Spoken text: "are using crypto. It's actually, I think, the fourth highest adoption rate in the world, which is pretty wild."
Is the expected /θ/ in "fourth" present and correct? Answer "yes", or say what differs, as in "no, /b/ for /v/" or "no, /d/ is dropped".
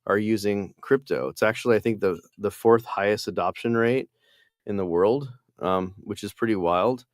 yes